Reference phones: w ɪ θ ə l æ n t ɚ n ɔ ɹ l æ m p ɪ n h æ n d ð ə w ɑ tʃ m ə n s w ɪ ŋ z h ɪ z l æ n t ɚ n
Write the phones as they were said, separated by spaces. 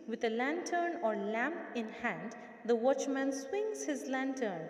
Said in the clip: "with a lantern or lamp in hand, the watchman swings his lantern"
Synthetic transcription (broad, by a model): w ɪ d ə l æ n t ɚ n ɔ ɹ l æ m p ɪ n h æ n d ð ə w ɑ tʃ m ə n s w ɪ ŋ z h ɪ z l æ n t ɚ n